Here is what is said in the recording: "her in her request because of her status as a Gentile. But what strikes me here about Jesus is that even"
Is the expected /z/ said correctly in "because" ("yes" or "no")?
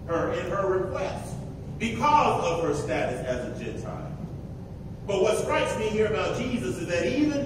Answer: yes